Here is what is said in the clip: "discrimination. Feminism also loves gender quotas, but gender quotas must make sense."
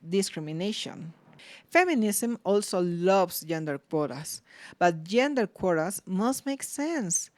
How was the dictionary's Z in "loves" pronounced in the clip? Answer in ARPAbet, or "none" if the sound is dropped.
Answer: S